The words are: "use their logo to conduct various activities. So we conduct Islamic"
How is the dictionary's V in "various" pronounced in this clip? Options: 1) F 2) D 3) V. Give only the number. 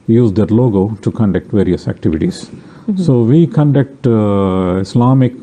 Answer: 3